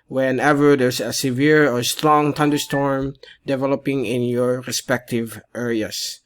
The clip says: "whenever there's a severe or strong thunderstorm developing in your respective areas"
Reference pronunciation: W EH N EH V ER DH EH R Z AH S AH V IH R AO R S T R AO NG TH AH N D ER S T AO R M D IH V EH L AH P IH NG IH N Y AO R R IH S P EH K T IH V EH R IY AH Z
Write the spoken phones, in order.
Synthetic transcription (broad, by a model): W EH N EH V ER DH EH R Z AH S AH V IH R AO R S T R AO NG T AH N D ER S T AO R M D IH V EH L AH P IH NG IH N Y AO R R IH S P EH K T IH V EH R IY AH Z